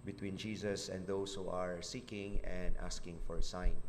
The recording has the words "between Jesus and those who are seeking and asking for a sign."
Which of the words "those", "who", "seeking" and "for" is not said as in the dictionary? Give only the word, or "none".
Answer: those